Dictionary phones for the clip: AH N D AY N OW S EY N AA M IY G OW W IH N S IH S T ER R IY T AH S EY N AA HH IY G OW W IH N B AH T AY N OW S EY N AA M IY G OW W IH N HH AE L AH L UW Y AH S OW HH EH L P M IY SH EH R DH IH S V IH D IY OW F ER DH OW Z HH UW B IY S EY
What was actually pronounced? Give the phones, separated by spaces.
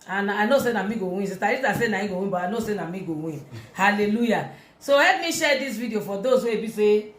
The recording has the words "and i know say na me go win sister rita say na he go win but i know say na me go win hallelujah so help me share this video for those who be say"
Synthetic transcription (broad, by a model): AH N AY N OW S EY N AA M IY G OW W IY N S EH T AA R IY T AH S EY N AA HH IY G OW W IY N B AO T AY N OW S EY N AA M IY G OW W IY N HH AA L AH L UW Y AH S OW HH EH P M IY SH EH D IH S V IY D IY OW F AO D OW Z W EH B IY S EY